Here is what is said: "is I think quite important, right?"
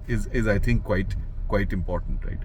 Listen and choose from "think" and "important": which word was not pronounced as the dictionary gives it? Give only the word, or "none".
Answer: think